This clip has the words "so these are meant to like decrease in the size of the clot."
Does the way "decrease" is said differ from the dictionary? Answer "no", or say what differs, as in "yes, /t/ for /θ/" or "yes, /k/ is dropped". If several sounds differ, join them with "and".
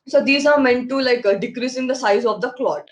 no